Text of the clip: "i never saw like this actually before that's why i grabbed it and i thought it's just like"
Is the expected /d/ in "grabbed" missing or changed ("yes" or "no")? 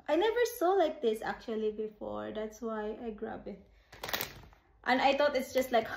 yes